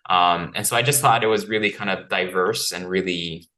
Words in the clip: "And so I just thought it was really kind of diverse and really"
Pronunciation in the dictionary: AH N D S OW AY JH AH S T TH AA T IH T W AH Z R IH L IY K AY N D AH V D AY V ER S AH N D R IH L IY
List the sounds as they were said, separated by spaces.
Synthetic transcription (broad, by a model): AH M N S OW AY JH AH S T TH AA T IH T W AH Z R IH L IY K AY N D AH V D AY V ER S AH N R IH L IY